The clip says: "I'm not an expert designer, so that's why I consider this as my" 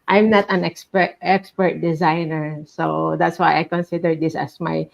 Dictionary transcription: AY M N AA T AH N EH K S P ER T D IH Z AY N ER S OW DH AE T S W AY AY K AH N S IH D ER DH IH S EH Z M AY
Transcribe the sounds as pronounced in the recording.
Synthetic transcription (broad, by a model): AY M N AA T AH N EH K S P ER T D IH Z AY N ER S OW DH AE T S W AY AY K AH N S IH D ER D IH S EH S M AY